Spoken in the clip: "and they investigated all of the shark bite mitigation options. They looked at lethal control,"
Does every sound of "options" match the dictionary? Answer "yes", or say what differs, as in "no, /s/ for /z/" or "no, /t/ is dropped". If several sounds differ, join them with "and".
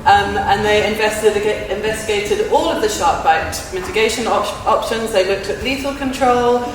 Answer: yes